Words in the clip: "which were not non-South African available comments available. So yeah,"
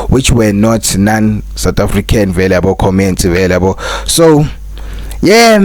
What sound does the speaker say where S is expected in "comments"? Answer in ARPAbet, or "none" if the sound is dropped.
none